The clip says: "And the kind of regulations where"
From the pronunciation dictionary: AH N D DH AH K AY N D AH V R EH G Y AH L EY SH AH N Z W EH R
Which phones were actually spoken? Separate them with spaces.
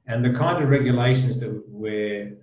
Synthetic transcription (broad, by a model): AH N DH AH K AY N D AH V R EH G Y AH L EY SH AH N Z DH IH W